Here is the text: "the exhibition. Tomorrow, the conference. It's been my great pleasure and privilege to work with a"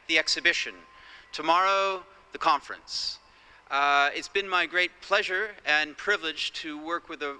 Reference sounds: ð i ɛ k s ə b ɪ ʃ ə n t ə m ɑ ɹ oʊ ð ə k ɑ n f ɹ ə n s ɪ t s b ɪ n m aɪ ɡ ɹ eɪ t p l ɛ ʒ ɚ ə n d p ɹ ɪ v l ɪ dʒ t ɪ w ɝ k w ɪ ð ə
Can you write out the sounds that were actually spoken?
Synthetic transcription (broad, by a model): ð i ɛ k s ə b ɪ ʃ ə n t ə m ɑ ɹ oʊ ð ə k ɑ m f ɹ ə n s ɪ t s b ɪ n m aɪ ɡ ɹ eɪ t p l ɛ ʒ ɚ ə n p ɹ ɪ v l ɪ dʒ t ɪ w ɝ k w ɪ ð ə